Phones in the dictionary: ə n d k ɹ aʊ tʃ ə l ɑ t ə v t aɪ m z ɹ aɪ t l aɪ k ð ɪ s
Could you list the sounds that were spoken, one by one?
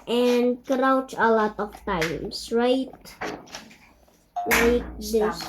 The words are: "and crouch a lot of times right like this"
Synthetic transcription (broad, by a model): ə n k ɹ aʊ tʃ ə l ɑ t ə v t aɪ m s ɹ aɪ t l aɪ k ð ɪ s